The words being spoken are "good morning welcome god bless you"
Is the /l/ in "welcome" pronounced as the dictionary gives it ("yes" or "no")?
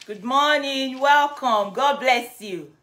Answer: yes